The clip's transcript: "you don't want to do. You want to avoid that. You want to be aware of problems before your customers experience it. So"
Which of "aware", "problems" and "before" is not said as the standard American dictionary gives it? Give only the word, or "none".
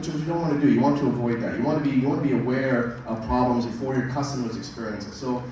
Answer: none